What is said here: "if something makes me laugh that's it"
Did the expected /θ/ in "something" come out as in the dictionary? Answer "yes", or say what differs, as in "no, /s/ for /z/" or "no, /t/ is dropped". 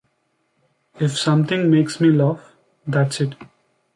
no, /t/ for /θ/